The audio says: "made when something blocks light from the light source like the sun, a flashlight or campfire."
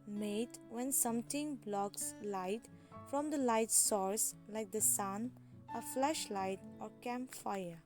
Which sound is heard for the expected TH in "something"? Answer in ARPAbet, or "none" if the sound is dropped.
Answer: T